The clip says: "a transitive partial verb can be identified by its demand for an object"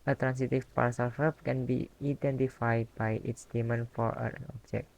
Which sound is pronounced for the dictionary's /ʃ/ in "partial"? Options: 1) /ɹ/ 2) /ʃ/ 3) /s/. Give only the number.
3